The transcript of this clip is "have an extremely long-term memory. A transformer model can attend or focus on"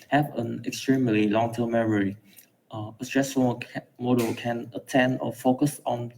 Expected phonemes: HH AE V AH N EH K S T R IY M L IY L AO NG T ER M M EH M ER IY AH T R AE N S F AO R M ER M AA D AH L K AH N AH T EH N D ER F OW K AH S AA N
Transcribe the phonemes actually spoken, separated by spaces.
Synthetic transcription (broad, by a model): HH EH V AH N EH K S T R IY M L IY L AO NG T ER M M EH M ER IY AH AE S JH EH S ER M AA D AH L K AH N AH T EH N D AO F OW K AH S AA N